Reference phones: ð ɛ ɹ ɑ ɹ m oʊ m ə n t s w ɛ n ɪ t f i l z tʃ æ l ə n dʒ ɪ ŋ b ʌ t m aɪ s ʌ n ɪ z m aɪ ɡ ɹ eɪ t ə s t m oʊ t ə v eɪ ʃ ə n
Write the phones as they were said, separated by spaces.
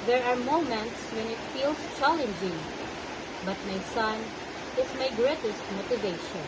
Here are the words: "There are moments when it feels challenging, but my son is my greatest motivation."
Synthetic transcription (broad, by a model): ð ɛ ɹ ɑ ɹ m oʊ m ə n t s w ɛ n ɪ t f i l s tʃ æ l ə n dʒ ɪ ŋ b ʌ t m aɪ s ʌ n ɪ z m aɪ ɡ ɹ eɪ t ə s t m oʊ t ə v eɪ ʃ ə n